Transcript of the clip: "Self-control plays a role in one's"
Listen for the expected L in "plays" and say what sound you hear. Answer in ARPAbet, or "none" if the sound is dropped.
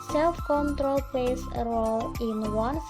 none